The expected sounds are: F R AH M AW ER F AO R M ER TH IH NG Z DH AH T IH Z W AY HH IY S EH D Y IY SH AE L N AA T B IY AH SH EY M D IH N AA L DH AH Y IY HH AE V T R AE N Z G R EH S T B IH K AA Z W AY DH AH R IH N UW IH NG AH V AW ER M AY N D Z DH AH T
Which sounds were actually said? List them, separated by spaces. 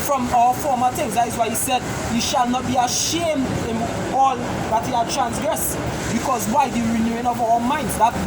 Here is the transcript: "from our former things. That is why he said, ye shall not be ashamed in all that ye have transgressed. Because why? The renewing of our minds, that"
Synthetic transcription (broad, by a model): F R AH M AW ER F AO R M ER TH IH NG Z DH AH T IH Z W AY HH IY S EH D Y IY SH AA L N AA T B IY AH SH EY M D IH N AA L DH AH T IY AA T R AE N S G R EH S B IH K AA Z W AY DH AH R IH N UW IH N AH V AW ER M AY N D Z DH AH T